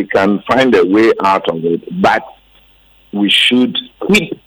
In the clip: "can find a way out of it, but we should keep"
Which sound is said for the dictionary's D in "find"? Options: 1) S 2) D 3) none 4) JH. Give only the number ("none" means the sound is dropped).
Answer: 2